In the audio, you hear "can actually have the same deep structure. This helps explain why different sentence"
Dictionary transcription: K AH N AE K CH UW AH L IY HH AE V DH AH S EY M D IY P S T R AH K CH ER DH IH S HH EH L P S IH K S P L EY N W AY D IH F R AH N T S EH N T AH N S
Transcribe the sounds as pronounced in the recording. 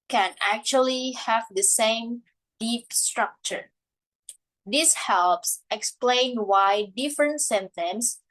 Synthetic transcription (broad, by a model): K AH N AE K CH UW AH L IY HH AE V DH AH S EY M D IY P S T R AH K CH ER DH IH S HH EH L P S IH K S P L EY N W AY D IH F R AH N T S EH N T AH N S